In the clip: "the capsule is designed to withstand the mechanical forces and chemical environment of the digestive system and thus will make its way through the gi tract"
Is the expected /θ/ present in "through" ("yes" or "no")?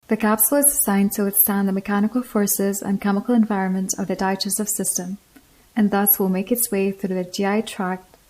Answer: yes